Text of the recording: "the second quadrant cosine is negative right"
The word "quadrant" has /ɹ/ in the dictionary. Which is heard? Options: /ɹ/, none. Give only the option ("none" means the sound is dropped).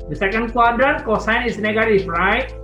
none